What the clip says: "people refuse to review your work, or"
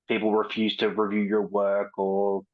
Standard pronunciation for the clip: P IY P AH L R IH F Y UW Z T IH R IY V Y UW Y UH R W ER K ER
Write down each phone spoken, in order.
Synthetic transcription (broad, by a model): P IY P L R IH F Y UW Z T IH R IY V Y UW Y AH R W ER K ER